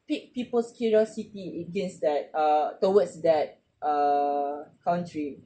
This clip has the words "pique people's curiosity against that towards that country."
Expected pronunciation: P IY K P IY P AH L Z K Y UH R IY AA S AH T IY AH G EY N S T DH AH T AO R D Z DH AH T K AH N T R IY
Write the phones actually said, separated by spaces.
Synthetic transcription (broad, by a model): P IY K P IY P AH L S K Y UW R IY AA S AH T IY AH G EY N S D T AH T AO W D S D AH T K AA N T R IY